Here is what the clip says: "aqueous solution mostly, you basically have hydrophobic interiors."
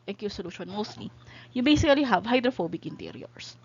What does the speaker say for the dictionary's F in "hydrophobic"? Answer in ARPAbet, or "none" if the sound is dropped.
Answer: F